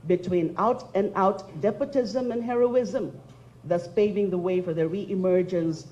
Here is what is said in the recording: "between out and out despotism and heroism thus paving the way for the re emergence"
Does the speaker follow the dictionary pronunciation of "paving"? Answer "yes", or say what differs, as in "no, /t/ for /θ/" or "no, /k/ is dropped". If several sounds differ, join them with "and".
yes